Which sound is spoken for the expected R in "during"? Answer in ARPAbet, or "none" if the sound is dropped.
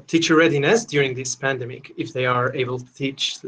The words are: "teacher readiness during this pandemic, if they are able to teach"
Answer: R